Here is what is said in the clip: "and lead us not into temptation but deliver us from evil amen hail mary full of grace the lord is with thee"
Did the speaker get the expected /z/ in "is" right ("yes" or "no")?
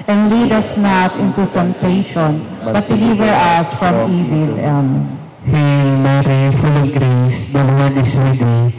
no